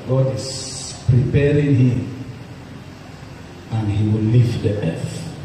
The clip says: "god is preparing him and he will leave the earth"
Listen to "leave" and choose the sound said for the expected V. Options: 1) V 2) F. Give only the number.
2